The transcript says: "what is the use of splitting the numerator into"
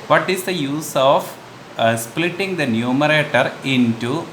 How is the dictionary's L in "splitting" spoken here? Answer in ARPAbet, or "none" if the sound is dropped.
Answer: L